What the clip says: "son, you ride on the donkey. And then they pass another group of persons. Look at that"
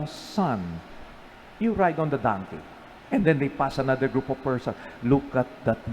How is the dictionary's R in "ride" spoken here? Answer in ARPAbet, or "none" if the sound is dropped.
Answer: R